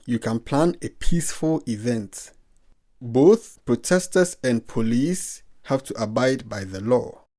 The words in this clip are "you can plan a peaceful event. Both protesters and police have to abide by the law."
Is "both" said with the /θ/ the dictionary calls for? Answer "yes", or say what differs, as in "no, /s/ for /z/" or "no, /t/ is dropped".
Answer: yes